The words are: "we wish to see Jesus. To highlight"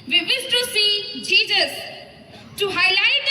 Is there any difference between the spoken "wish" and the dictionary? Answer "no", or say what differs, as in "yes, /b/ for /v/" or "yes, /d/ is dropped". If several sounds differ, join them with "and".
yes, /s/ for /ʃ/